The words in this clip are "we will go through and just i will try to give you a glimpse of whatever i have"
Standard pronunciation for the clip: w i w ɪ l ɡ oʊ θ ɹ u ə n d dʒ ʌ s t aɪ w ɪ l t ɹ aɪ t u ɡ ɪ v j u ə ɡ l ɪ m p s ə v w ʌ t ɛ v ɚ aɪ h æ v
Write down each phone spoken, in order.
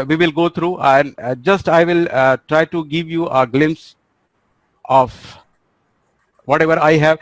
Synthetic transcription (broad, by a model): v i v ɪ l ɡ oʊ t ɹ u ə n d dʒ ʌ s t aɪ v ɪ l t ɹ aɪ t u ɡ ɪ v j u ə ɡ l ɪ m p s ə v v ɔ t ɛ v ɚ aɪ h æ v